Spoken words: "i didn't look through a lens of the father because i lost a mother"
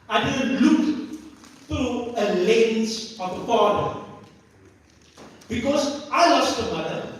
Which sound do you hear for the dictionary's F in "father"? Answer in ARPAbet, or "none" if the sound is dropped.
P